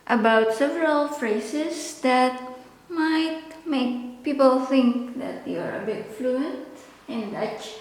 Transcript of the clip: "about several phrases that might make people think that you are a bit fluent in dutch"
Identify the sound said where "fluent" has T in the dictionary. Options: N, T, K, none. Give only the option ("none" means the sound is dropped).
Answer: T